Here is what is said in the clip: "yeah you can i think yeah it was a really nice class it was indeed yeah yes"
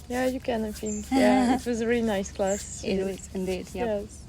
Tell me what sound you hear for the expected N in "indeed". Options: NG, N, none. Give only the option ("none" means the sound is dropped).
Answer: none